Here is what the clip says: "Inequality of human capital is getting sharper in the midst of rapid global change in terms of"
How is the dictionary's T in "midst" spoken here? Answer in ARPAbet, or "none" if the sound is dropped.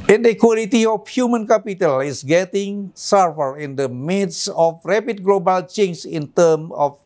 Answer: none